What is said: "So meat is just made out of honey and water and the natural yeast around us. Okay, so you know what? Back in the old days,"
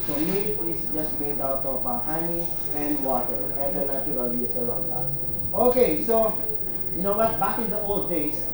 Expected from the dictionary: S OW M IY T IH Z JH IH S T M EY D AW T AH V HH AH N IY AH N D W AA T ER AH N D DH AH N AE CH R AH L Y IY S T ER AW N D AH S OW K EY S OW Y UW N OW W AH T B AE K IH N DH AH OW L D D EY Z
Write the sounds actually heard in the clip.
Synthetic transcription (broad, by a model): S OW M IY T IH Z JH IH S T M EY D AW T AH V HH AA N IY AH N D W AA T ER AH N D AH N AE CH R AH L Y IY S ER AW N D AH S OW K EY S OW Y UW N OW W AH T B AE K IH N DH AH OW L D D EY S